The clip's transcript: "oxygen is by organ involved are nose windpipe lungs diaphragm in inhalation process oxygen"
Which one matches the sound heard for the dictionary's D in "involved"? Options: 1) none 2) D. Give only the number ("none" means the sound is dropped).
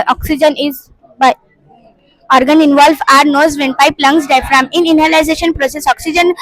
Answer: 1